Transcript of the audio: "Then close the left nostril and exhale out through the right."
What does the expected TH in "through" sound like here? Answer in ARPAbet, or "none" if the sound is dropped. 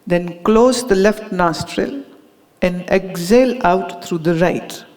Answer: T